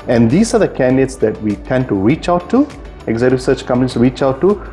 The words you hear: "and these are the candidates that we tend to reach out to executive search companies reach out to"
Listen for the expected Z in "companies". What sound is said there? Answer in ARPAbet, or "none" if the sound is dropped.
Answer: S